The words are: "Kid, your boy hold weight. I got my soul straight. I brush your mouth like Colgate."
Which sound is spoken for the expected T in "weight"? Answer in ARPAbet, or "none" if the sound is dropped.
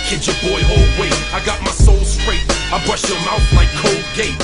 none